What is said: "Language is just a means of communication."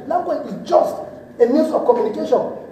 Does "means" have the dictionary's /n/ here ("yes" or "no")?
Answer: no